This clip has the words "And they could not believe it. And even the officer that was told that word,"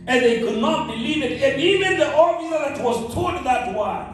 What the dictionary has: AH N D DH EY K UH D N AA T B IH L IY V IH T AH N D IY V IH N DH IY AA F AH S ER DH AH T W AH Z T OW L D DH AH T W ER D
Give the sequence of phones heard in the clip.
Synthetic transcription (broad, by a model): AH N DH EY K UH D N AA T B IH L IY V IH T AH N IY V IH N DH IY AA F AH ER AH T W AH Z T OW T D DH AH T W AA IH